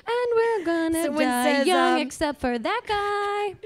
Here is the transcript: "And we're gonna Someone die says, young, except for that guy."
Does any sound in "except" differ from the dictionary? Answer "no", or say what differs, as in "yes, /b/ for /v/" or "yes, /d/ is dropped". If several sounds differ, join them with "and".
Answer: no